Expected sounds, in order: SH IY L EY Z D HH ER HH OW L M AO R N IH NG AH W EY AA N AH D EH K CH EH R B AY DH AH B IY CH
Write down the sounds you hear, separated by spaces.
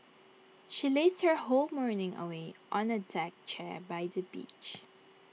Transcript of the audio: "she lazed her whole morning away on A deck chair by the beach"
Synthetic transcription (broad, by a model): SH IY L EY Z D HH ER HH OW L M AO R N IH NG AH W EY AA N AH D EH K CH EH R B AY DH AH B IY CH